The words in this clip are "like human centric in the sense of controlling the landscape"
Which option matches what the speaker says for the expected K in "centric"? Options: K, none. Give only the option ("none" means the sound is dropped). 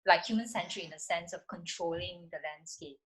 none